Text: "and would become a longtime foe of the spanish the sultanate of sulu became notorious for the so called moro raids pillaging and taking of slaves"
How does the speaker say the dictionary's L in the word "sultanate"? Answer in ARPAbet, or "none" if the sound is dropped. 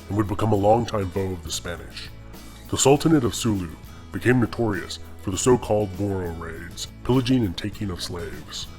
L